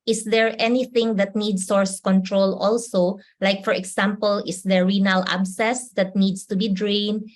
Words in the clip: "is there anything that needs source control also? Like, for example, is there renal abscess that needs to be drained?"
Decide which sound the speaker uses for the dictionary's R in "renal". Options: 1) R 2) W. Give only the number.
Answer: 1